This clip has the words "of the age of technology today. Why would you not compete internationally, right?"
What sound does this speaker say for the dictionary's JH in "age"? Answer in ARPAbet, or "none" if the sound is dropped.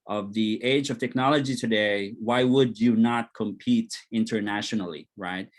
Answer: JH